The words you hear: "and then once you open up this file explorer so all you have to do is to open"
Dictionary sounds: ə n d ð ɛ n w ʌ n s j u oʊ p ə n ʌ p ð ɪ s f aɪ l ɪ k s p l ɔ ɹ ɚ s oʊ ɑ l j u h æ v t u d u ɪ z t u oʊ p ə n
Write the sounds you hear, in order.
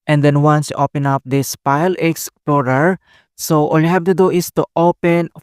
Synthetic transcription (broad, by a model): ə n d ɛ n w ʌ n s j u oʊ p ə n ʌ p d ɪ s p aɪ l ɪ k s p l ɔ ɹ ɚ s oʊ ɑ l j u h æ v t u d u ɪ s t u oʊ p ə n